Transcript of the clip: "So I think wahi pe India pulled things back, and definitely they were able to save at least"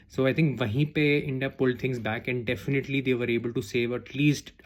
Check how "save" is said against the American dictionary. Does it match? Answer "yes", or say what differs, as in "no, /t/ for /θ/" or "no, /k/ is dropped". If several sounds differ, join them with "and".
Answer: yes